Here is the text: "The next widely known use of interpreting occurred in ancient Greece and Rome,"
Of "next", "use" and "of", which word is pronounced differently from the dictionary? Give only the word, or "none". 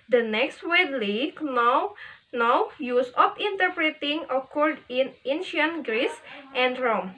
of